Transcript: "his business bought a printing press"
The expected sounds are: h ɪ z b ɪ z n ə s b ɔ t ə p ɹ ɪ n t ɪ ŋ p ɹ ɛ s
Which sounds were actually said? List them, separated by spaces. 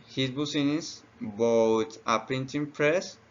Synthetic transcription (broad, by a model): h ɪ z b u s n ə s b ɔ t ə p ɹ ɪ n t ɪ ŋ p ɹ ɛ s